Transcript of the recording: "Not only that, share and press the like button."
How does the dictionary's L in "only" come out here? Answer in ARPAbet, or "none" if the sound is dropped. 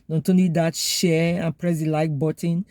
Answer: none